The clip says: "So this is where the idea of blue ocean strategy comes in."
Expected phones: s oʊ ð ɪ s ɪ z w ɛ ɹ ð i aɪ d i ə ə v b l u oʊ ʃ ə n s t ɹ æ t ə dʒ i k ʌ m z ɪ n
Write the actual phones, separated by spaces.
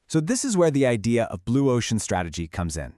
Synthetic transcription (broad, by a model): s oʊ ð ɪ s ɪ z w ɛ ɹ ð i aɪ d i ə ə v b l u oʊ ʃ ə n s t ɹ æ t ə dʒ i k ʌ m z ɪ n